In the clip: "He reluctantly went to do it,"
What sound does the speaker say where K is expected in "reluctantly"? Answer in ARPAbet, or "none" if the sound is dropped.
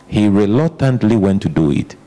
none